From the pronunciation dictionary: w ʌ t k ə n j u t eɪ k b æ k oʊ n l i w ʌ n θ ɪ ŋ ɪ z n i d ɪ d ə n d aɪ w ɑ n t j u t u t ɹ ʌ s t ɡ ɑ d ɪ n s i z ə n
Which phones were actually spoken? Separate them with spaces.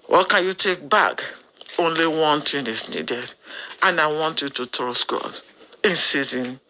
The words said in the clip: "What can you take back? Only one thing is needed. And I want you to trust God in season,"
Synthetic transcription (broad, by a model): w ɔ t k ə n j u t eɪ k b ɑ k oʊ n l i w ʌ n t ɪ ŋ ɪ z n i d ɪ d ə n aɪ w ɑ n t j u t u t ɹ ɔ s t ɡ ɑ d ɪ n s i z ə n